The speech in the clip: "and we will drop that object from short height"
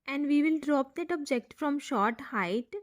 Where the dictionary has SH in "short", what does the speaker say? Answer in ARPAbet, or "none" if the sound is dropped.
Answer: SH